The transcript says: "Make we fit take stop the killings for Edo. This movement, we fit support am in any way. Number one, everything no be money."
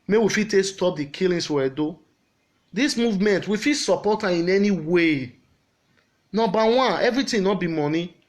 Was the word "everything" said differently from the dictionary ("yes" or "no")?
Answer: yes